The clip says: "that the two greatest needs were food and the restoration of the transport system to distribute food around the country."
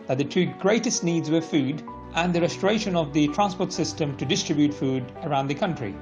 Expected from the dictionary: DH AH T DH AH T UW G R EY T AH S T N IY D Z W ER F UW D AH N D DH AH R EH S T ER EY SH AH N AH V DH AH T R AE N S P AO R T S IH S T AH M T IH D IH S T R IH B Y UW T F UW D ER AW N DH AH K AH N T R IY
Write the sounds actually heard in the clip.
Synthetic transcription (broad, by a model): DH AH T DH AH T UW G R EY T AH S T N IY D Z W ER F UW D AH N DH AH R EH S T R EY SH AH N AH V DH AH T R AE N S P AO R T S IH S T AH M T IH D IH S T R IH B Y UW T F UW D ER AW N DH AH K AH N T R IY